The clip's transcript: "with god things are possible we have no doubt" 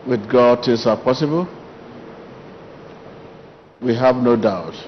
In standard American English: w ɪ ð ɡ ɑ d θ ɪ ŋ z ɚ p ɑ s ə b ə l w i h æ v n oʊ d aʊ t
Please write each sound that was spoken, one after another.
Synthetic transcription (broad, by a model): w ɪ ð ɡ ɑ d t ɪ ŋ s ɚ p ɑ s ə b ə l w i h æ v n oʊ d aʊ t